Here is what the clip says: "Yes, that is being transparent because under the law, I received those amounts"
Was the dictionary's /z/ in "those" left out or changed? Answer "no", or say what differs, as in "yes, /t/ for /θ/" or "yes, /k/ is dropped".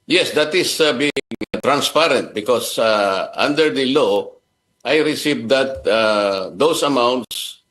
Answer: yes, /s/ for /z/